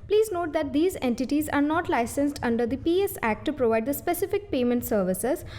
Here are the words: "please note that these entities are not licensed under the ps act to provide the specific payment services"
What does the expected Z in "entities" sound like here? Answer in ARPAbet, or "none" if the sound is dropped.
Z